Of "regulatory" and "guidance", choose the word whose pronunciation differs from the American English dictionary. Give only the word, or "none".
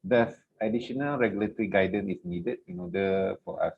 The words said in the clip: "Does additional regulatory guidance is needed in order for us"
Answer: guidance